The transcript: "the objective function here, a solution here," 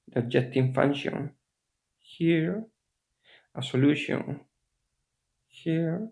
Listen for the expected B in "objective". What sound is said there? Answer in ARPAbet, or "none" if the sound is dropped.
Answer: none